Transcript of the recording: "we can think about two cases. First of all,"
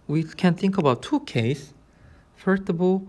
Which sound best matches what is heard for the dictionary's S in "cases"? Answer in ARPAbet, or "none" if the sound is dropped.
none